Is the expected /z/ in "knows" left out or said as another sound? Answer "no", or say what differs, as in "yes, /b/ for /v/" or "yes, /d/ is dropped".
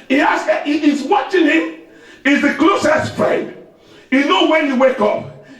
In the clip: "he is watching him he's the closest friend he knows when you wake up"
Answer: yes, /z/ is dropped